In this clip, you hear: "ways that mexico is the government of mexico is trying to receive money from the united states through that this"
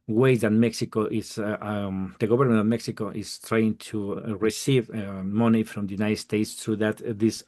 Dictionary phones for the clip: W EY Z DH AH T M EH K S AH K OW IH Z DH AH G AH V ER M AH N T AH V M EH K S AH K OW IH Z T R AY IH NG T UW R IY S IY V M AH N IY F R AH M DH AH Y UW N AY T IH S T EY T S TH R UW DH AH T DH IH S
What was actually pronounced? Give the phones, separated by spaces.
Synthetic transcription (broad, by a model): W EY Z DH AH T M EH K S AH K OW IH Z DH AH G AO B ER M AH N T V M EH K S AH K OW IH S T R AY IH NG T UW R IY S IY V M AH N IY F R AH M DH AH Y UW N AY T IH S T EY T S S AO DH AH T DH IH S